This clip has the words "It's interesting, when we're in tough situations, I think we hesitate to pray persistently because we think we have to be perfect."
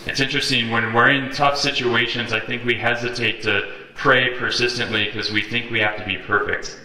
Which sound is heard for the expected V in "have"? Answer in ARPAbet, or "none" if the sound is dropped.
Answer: F